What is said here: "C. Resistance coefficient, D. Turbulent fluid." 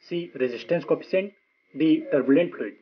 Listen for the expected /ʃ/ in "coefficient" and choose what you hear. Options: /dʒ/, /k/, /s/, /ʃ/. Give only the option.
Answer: /s/